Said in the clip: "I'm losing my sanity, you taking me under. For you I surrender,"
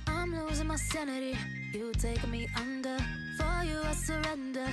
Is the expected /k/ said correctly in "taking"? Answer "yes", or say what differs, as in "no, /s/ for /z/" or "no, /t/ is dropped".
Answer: no, /k/ is dropped